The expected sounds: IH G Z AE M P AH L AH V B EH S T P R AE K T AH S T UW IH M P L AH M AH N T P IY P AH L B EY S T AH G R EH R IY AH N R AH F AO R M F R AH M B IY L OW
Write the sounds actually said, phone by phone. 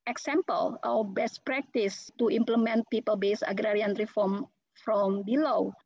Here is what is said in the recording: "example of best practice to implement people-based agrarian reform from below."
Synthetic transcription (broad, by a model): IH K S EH M P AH L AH W B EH S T P R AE K T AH S T UW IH M P L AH M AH N T P IY P AH L B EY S AH G R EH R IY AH N R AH F AO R M F R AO M B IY L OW